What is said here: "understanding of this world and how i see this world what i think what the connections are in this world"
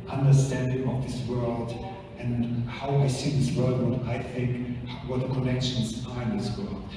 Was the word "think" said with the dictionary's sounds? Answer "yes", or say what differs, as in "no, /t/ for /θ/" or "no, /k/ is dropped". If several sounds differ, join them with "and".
yes